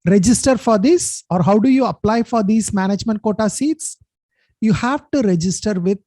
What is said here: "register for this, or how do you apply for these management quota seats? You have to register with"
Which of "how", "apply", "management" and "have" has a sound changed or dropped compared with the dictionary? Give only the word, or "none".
none